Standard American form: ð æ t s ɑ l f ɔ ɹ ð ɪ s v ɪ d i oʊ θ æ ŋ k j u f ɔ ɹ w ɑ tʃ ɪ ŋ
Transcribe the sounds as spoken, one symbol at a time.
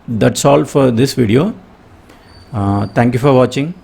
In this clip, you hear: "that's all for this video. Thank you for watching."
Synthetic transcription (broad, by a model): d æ t s ɑ l f ɔ ɹ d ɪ s v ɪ d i oʊ t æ ŋ k j u f ɔ ɹ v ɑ tʃ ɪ ŋ